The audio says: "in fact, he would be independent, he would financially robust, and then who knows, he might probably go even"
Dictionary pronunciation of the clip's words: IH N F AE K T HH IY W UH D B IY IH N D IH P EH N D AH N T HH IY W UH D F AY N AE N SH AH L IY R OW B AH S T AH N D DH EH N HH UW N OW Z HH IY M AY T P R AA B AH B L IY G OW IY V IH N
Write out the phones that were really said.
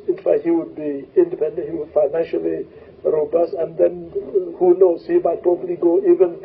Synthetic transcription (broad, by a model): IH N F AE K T HH IY W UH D B IY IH N D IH P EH N D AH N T HH IY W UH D F AY N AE N SH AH L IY R OW B AH S T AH N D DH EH N HH UW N OW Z HH IY M AY T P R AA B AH L IY G OW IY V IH N